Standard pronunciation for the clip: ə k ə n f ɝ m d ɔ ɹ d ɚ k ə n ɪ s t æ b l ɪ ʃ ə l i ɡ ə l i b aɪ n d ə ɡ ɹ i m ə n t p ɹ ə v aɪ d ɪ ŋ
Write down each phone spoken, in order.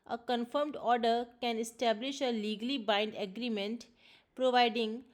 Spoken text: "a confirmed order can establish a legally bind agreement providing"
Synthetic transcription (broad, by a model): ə k ə n f ɝ m d ɔ ɹ d ɚ k ə n ɪ s t æ b l ɪ ʃ ə l i ɡ ə l i b aɪ n d ə ɡ ɹ i m ə n t p ɹ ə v aɪ d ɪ ŋ